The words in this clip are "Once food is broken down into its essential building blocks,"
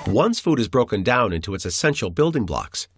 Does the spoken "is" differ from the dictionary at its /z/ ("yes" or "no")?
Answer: no